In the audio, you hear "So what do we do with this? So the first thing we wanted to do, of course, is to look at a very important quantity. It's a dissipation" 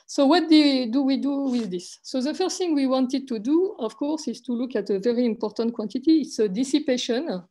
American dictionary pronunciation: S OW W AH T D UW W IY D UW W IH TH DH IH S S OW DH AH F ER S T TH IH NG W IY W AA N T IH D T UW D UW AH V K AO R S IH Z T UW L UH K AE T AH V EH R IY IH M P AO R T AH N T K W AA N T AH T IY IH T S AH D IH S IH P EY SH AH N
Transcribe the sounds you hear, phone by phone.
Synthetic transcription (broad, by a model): S OW W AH T D UW W IY D UW W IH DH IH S S OW DH AH F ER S T TH IH NG W IY W AA N T IH D T UW D UW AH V K AO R S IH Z T UW L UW K AE T AH V EH R IY IH M P AO R T AH N T K W AA N T AH T IY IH T S AH D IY S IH P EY SH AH N